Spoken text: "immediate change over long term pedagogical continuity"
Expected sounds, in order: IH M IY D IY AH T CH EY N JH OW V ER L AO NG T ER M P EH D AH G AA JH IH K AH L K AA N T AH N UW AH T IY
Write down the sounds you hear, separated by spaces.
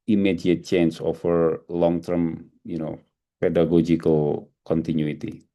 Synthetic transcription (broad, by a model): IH M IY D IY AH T CH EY N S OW F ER L AO NG T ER M P EH D AH G AA JH IH K AH L K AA N T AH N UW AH T IY